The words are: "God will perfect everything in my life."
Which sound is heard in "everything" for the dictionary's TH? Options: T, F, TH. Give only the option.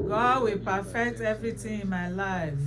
T